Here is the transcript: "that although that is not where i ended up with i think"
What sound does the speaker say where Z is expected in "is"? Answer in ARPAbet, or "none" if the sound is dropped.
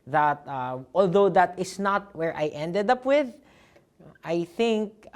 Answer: S